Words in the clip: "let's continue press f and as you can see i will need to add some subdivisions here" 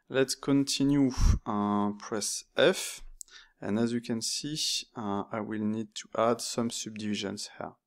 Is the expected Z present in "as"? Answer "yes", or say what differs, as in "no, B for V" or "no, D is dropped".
yes